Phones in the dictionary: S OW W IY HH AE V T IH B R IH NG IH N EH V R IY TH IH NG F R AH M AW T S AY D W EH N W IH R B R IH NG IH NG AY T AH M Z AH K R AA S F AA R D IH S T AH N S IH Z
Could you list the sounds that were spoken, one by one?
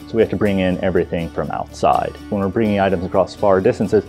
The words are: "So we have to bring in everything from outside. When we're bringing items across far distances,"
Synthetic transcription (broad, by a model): S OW W IY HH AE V T IH B R IH NG IH N EH V R IY TH IH NG F R AH M AW T S AY D W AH N W IH R B R IH NG IH NG AY T AH M Z AH K R AA S F AA R D IH S T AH N S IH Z